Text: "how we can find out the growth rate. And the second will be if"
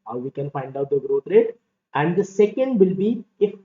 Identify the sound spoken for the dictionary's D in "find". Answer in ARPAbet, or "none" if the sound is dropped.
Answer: D